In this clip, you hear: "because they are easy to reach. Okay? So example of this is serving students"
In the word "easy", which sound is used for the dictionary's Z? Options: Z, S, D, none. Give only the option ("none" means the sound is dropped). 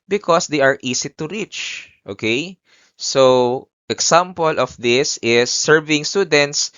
S